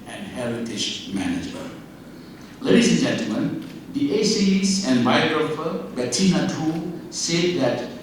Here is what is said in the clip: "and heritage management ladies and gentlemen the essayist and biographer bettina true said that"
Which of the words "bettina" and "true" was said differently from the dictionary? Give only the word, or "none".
true